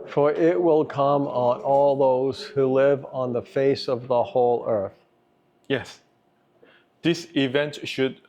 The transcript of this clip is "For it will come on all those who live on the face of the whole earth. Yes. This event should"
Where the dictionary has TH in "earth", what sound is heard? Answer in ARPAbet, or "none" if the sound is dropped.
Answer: TH